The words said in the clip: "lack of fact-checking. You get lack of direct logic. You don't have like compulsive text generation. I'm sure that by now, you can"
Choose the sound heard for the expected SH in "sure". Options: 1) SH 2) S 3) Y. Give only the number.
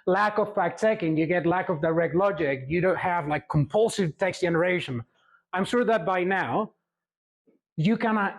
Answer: 1